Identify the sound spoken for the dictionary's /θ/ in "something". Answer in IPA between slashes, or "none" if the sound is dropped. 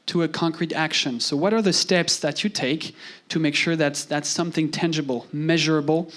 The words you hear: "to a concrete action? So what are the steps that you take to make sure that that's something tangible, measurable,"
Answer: /θ/